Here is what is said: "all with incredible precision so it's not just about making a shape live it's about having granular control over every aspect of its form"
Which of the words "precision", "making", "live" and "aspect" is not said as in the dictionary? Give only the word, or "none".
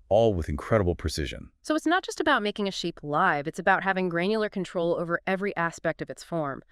none